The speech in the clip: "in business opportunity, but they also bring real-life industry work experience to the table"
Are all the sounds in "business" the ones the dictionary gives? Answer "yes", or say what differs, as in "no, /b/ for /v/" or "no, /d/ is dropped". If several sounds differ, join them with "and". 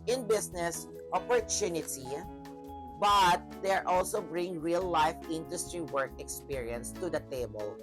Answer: no, /s/ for /z/